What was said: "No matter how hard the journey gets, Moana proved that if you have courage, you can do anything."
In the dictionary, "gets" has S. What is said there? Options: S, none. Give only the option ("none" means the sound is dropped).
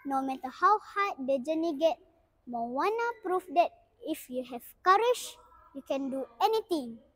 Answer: none